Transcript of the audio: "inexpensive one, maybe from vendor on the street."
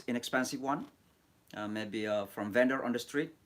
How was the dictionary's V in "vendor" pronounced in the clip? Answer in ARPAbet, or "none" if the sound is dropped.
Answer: V